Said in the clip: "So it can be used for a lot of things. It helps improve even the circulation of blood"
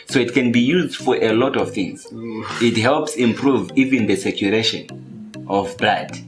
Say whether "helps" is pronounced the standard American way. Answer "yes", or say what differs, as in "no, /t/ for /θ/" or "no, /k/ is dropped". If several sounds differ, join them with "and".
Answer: yes